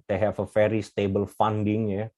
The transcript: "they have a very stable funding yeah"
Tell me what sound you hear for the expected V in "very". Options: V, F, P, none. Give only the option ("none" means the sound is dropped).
F